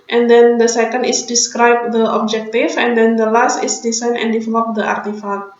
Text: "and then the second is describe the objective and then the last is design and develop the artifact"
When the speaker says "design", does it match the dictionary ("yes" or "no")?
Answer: no